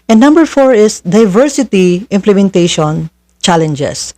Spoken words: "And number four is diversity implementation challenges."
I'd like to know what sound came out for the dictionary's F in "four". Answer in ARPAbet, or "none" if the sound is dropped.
F